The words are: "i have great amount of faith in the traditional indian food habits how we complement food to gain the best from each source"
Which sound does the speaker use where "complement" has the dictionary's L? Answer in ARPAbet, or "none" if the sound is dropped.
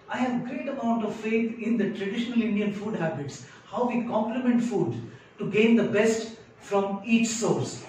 L